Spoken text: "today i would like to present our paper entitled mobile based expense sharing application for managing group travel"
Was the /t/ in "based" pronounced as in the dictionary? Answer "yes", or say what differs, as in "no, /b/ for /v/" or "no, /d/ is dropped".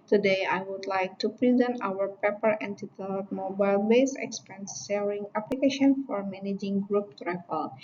no, /t/ is dropped